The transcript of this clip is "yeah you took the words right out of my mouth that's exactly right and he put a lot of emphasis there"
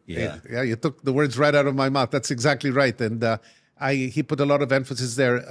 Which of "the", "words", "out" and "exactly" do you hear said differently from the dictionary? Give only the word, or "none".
none